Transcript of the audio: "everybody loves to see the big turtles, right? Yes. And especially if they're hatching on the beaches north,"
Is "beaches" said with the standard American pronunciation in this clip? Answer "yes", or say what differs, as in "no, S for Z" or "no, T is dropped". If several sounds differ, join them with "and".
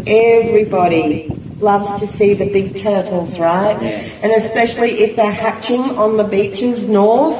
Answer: yes